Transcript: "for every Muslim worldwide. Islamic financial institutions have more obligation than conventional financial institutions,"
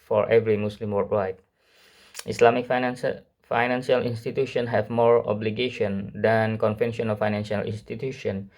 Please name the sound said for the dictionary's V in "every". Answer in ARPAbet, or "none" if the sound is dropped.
V